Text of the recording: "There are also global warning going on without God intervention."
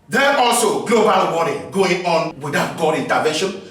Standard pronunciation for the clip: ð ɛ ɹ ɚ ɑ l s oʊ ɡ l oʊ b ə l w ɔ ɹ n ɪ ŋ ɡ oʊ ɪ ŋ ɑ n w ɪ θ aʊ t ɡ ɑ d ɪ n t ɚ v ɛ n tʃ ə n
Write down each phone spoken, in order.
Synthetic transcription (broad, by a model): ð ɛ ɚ ɑ l s oʊ ɡ l oʊ b ə l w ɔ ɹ ɪ ɡ oʊ ɪ ŋ ɑ n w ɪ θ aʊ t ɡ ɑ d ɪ n t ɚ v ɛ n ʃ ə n